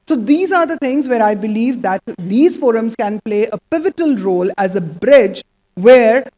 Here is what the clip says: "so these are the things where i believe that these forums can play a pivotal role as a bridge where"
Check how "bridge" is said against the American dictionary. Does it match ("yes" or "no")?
yes